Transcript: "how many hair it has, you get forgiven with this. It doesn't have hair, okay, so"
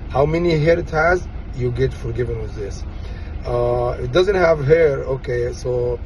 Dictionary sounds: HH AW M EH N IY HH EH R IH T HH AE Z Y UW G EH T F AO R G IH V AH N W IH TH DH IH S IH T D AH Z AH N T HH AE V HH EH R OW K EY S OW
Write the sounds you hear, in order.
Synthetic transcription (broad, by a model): HH AW M EH N IY HH EH R IH T HH AE Z Y UW G EH T F AO R G IH V AH N W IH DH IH S IH T D AH Z AH N T HH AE V HH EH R OW K EY S OW